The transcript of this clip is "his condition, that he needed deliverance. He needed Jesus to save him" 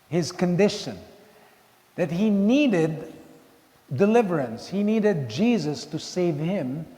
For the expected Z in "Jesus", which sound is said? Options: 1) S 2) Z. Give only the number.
2